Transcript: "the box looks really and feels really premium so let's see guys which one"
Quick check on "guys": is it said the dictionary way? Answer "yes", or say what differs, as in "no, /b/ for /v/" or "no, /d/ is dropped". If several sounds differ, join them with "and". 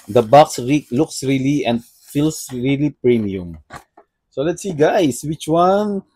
no, /s/ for /z/